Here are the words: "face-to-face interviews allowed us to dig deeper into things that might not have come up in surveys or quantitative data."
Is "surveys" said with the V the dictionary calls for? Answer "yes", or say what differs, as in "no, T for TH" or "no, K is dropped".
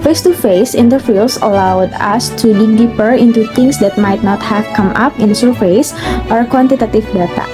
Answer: no, F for V